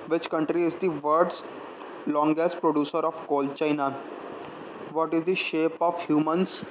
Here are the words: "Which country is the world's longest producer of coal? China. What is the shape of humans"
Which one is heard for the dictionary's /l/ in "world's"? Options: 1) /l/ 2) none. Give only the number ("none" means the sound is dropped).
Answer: 2